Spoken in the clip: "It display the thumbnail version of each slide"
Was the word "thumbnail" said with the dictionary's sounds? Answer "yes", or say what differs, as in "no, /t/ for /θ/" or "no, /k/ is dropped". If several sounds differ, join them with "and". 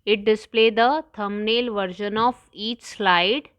no, /t/ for /θ/